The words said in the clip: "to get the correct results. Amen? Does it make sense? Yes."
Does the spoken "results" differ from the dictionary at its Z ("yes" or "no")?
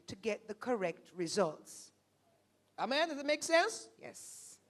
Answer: no